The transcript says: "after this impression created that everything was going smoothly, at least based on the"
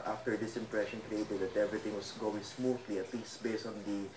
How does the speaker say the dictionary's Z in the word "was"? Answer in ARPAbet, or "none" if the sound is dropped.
S